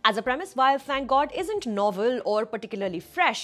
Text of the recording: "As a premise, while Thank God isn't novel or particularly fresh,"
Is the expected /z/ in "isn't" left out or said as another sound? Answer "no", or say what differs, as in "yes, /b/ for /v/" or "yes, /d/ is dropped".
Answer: no